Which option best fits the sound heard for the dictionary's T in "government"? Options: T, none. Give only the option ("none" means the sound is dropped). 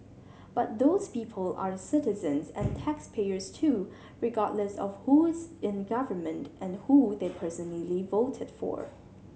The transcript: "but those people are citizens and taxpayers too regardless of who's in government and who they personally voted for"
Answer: T